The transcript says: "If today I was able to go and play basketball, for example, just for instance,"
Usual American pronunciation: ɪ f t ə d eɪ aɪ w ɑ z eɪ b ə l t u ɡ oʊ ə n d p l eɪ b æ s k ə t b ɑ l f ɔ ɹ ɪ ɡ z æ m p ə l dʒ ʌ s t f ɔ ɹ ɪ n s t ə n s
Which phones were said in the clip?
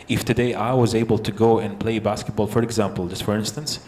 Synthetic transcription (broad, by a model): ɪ f t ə d eɪ aɪ w ɑ z eɪ b ə l t u ɡ oʊ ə n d p l eɪ b æ s k ə t b ɑ l f ɔ ɹ ɪ ɡ z æ m p ə l dʒ ʌ s t f ɔ ɹ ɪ n s t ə n s